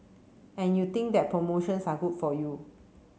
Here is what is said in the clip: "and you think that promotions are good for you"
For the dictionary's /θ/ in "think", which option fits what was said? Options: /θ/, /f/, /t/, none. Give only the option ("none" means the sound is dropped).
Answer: /t/